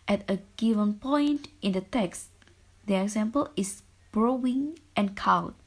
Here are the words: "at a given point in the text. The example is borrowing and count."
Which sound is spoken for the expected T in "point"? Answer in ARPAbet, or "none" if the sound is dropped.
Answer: T